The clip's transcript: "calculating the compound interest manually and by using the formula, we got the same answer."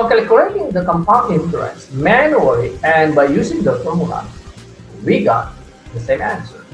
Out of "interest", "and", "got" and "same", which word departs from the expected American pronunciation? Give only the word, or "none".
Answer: interest